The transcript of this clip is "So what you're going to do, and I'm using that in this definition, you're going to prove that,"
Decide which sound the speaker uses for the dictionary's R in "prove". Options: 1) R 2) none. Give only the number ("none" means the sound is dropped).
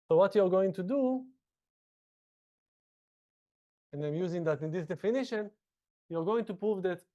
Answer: 1